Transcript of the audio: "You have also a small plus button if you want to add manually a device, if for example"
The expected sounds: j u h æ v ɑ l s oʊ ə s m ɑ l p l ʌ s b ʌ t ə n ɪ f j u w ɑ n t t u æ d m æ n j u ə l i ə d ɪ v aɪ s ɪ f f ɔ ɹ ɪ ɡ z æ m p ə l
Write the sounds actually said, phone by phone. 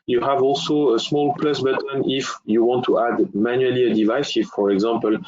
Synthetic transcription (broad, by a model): j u h æ v ɑ l s oʊ ə s m ɑ l p l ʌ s b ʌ t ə n ɪ f j u w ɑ n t t u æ d m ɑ n j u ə l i ə d ɪ v aɪ s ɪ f f ɔ ɹ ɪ ɡ z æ m p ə l